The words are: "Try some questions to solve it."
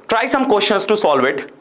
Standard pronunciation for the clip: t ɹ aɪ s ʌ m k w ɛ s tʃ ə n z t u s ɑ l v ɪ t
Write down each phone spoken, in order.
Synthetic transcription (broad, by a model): t ɹ aɪ s ʌ m k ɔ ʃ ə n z t u s ɑ l v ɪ t